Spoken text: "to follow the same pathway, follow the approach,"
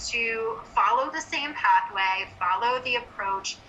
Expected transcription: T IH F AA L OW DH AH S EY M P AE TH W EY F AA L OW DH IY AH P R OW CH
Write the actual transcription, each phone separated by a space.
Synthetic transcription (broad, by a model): T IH F AA L OW DH AH S EY M P AE TH W EY F AA L OW DH IY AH P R OW CH